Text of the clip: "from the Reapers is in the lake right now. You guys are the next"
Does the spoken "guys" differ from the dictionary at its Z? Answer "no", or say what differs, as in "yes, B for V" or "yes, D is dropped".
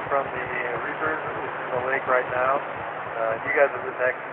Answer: no